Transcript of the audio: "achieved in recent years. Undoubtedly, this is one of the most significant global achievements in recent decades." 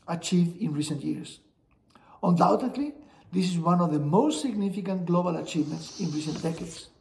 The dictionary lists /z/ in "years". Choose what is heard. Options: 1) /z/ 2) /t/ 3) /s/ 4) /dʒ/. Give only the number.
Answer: 3